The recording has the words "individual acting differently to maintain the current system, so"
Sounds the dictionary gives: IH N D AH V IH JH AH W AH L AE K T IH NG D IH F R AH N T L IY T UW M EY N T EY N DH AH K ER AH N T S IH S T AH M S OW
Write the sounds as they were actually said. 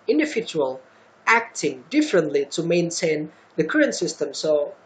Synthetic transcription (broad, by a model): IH N D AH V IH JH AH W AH L AE K T IH NG D IH F R AH N T L IY T UW M EY N T EY N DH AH K ER AH N T S IH S T AH M S OW